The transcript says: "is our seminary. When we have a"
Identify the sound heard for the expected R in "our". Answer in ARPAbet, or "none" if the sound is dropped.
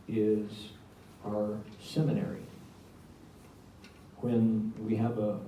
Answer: R